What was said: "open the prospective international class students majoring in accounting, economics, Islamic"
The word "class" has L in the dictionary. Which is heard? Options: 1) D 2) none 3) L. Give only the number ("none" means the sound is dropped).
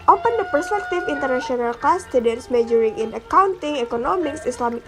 2